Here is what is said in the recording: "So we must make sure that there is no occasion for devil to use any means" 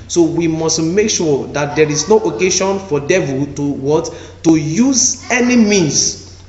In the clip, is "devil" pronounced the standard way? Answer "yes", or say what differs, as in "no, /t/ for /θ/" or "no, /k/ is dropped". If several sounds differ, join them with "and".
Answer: no, /w/ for /l/